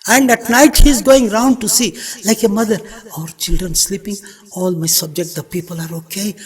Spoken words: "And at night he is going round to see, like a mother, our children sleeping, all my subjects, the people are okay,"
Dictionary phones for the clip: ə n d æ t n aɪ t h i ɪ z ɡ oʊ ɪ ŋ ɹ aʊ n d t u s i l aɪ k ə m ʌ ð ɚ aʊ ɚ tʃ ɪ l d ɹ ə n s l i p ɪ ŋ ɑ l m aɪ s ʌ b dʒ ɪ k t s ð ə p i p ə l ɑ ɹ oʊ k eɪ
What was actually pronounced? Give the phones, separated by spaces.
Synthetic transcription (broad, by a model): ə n d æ t n aɪ t h i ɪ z ɡ oʊ ɪ ŋ ɹ aʊ n d t u s i l aɪ k ə m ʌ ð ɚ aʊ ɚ tʃ ɪ l d ɹ ə n s l i p ɪ ŋ ɑ l m aɪ s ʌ b dʒ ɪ k t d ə p i p ə l ɑ ɹ oʊ k eɪ